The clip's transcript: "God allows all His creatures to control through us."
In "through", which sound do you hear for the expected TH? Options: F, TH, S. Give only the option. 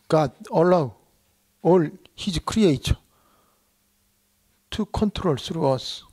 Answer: S